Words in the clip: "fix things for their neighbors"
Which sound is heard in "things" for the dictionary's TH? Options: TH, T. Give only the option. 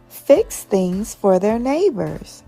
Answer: TH